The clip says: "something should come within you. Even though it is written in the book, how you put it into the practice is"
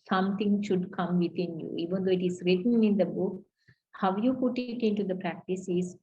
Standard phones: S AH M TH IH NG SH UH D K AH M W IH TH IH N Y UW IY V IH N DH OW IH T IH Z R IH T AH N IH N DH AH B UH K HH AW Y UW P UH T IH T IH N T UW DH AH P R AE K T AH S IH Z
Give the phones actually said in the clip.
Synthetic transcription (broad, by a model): S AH M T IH NG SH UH D K AH M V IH T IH N Y UW IY V IH N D OW IH T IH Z R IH T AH N IH N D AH B UH K HH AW Y UW P UH T IH T IH N T UW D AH P R AE K T AH S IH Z